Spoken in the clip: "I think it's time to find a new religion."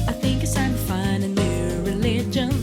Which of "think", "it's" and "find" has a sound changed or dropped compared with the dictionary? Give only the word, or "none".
find